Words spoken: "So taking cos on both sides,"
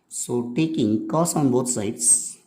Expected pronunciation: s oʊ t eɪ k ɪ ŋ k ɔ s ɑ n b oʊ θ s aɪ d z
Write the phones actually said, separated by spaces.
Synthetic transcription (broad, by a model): s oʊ t eɪ k ɪ ŋ k ɔ s ɑ n b oʊ t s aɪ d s